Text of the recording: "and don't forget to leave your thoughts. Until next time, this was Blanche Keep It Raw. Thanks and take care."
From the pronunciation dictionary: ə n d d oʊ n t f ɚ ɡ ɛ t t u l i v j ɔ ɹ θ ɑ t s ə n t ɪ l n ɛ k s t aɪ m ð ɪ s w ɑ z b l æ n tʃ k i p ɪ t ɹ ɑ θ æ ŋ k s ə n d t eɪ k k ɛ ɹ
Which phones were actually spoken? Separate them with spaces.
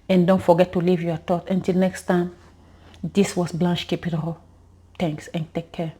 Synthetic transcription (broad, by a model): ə n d d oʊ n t f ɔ ɡ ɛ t t u l i v j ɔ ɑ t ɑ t ə n t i l n ɛ k s t aɪ m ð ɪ s w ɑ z b l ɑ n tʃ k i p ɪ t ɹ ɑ t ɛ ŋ k s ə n t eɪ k k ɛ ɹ